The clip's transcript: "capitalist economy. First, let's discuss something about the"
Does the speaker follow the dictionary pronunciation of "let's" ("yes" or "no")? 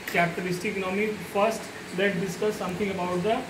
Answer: no